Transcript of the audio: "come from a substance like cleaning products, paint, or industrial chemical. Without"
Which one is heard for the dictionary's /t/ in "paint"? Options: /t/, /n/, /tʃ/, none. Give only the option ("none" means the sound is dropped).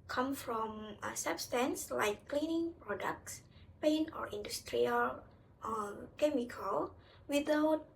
none